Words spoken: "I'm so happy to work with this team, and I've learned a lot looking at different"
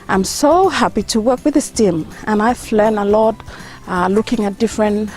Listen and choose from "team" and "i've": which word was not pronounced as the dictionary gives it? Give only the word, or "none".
i've